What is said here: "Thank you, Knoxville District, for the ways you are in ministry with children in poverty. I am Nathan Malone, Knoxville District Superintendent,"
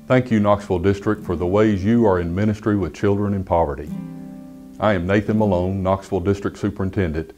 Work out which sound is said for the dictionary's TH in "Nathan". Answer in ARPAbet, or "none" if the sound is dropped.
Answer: TH